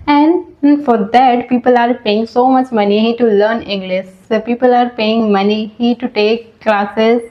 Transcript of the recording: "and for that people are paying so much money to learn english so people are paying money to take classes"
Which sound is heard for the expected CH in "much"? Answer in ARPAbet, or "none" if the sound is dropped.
CH